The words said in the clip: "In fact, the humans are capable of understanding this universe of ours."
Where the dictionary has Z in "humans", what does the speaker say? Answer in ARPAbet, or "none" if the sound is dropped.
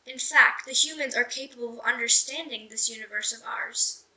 Z